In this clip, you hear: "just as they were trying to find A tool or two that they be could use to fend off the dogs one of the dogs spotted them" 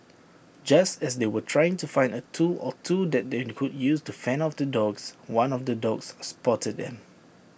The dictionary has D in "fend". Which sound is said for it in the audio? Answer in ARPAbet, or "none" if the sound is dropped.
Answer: none